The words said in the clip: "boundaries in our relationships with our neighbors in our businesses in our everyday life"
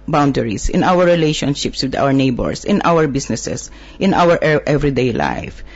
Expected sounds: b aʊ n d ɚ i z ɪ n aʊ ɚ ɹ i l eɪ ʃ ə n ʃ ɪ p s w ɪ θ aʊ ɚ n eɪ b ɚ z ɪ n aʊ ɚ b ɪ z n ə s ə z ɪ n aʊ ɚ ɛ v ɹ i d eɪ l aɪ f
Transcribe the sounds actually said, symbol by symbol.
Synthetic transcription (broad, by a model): b aʊ n d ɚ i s ɪ n aʊ ɚ ɹ i l eɪ ʃ ə n ʃ ɪ p s w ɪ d aʊ ɚ n eɪ b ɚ s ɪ n aʊ ɚ b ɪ s n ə s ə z ɪ n aʊ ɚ ɛ v ɹ i d eɪ l aɪ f